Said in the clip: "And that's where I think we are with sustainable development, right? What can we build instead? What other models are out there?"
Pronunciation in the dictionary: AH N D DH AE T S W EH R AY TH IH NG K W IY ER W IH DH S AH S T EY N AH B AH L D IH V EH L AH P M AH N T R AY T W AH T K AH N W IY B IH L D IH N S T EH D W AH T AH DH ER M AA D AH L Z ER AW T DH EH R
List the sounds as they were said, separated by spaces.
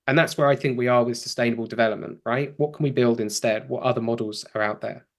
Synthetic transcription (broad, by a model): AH N DH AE T S W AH R AY TH IH NG K W IY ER W IH DH S AH S T EY N AH B AH L D IH V EH L AH P M AH N T R AY T W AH T K AH N W IY B IH L D IH N S T EH D W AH T AH DH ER M AA D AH L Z ER AW T DH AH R